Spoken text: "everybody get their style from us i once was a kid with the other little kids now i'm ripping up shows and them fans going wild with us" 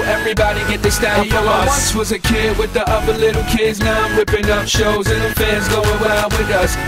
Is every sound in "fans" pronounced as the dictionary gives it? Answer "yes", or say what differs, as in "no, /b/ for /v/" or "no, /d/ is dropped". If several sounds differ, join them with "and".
no, /n/ is dropped